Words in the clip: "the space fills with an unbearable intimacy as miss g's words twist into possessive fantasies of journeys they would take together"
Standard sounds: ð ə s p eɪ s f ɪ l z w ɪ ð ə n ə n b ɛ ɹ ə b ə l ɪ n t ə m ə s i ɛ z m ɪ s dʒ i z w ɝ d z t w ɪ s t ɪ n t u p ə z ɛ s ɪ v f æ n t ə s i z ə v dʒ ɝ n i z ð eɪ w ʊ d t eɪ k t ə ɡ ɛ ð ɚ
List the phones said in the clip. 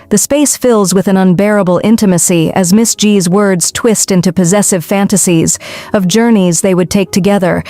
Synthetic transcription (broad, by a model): ð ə s p eɪ s f ɪ l z w ɪ ð ə n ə n b ɛ ɹ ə b l ɪ n t ə m ə s i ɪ z m ɪ s dʒ i z w ɝ d z t w ɪ s t ɪ n t u p ə z ɛ s ɪ v f æ n t ə s i z ə v dʒ ɝ n i z ð eɪ w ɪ d t eɪ k t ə ɡ ɛ ð ɚ